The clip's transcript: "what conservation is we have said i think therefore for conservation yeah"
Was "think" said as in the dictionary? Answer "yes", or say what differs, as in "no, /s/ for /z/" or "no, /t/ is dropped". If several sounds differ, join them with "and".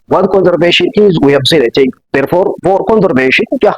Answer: no, /t/ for /θ/